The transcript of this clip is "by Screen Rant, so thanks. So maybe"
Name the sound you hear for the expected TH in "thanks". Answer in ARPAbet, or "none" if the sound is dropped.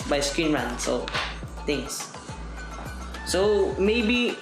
T